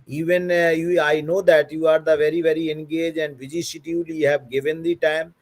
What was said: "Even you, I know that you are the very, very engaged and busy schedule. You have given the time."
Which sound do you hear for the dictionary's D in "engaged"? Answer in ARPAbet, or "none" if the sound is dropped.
none